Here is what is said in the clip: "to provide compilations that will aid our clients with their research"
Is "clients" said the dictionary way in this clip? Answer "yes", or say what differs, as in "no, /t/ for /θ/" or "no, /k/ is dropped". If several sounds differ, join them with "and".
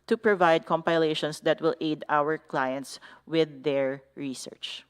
yes